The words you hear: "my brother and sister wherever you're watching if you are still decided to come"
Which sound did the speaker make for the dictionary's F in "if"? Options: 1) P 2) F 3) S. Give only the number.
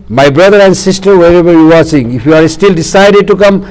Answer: 1